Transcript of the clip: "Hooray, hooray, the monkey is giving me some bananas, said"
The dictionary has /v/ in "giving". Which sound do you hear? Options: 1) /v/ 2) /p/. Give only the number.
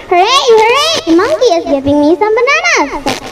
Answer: 2